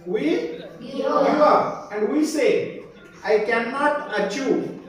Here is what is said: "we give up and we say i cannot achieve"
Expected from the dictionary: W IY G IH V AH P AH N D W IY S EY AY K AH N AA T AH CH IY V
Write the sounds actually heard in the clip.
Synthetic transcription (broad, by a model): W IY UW AH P AH N D W IY S EY AY K AH N AA T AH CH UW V